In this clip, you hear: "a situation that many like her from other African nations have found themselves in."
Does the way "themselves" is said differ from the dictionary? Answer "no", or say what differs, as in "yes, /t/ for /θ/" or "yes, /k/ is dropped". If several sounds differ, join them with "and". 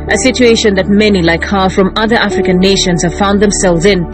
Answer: no